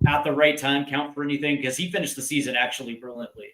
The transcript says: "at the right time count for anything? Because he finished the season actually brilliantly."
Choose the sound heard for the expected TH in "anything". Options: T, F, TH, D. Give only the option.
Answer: TH